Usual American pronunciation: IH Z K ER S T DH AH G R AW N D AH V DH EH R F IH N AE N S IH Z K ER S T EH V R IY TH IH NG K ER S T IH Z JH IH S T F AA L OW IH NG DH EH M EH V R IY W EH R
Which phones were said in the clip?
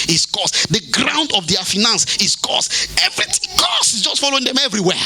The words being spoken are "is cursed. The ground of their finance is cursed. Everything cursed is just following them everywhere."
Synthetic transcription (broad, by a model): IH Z K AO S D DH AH G R AW N D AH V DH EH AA F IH N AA N S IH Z K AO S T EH V R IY T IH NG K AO S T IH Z JH IH S T F AA L OW IH NG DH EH M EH V R IY W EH